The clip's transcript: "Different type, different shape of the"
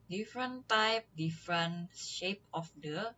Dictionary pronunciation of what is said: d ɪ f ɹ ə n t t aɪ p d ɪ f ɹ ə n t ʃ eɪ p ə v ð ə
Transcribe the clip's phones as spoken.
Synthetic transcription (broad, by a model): d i f ɹ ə n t t aɪ p d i f ɹ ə n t ʃ eɪ p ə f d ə